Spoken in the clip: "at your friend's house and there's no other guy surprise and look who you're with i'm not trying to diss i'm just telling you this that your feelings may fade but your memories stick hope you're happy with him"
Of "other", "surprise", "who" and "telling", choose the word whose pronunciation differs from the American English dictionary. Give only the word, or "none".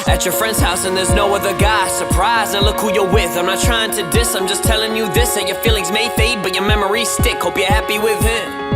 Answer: none